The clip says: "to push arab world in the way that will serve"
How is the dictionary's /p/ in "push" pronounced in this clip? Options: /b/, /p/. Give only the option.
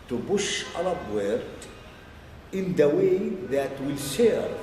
/b/